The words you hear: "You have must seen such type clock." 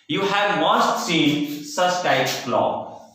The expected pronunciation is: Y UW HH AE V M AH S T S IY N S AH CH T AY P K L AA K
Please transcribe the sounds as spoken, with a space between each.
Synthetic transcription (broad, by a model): Y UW HH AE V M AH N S S IY N S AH S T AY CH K L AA